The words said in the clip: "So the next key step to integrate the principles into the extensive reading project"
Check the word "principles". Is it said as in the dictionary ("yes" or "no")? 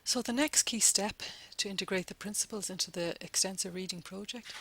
yes